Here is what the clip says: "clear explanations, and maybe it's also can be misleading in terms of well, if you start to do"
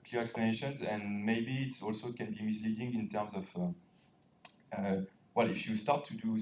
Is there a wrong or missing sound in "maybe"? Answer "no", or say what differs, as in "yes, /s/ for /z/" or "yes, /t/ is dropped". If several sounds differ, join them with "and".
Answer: no